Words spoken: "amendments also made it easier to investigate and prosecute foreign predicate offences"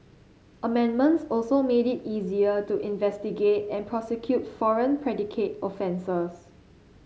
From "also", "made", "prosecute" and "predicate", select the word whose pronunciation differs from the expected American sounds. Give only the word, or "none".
none